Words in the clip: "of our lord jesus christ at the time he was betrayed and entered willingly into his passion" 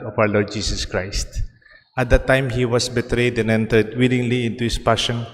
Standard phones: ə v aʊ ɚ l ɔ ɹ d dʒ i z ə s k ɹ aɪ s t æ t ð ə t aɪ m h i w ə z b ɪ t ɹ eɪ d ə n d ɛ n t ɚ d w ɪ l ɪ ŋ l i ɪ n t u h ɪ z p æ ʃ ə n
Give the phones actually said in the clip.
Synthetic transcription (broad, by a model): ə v aʊ ɚ l ɔ ɹ d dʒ i s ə s k ɹ aɪ s t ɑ t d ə t aɪ m h i w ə s b ɪ t ɹ eɪ d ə n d ɛ n t ɚ d w ɪ l ɪ ŋ l i ɪ n t u h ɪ s p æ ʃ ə n